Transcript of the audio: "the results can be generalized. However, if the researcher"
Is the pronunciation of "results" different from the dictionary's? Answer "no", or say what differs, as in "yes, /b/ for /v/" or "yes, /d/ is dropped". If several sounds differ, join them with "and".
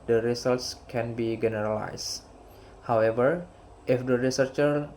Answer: yes, /s/ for /z/